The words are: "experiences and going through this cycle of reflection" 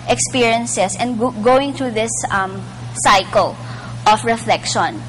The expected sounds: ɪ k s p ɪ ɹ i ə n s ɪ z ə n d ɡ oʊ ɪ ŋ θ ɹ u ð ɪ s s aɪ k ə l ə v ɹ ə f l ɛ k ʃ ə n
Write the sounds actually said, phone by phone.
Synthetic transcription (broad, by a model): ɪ k s p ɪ ɹ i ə n s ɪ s ə n d ɡ oʊ ɪ ŋ t ɹ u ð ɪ s s aɪ k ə l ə f ɹ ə f l ɛ k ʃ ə n